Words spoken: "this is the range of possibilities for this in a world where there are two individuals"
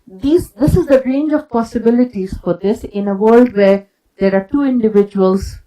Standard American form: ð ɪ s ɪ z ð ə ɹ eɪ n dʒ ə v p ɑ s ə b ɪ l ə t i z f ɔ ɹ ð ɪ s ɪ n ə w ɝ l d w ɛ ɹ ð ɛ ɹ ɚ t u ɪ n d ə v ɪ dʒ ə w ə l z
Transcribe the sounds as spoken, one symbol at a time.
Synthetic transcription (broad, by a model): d ɪ s ɪ z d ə ɹ eɪ n dʒ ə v p ɑ s ə b ɪ l ə t i z f ɔ ɹ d ɪ s ɪ n ə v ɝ l d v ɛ ɹ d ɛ ɹ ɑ t u ɪ n d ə v ɪ dʒ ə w ə l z